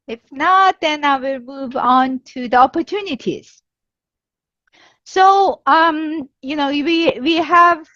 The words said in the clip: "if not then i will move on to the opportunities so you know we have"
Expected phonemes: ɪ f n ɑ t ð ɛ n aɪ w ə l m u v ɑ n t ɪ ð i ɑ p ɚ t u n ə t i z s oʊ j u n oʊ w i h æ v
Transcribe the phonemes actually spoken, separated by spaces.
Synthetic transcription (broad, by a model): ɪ f n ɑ t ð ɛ n aɪ w ə l m u v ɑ n t ɪ ð i ɑ p ɚ t u n ə t i z s oʊ j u n oʊ w i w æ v